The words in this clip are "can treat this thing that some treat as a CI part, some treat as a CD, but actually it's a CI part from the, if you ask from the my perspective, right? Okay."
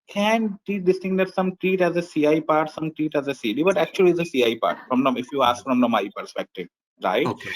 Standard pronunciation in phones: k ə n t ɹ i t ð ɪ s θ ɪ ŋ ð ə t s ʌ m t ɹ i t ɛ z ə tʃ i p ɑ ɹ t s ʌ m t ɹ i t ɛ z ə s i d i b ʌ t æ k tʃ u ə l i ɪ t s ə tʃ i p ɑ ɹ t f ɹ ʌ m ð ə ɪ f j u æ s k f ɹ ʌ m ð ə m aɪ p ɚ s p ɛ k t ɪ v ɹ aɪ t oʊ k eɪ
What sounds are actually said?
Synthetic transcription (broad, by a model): k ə n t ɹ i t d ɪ s t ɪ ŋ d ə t s ʌ m t ɹ i t ɛ z ə s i p ɑ ɹ t s ʌ m t ɹ i t ɛ z ə s i d i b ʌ t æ k tʃ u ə l i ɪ s ə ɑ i p ɑ ɹ t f ɹ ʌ m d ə ɪ f j u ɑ s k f ɹ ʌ m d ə m aɪ p ɚ s p ɛ k t ɪ v ɹ aɪ oʊ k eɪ